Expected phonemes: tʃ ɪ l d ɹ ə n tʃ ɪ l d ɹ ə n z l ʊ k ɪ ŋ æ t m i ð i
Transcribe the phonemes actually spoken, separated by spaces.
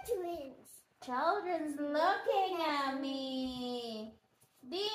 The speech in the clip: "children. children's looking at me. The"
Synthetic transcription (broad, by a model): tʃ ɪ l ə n tʃ ɪ l d ɹ ə n z l ʊ k ɪ ŋ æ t m i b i